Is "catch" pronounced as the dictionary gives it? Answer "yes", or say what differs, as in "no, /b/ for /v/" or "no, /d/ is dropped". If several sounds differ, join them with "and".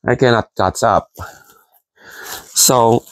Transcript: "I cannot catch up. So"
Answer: no, /s/ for /tʃ/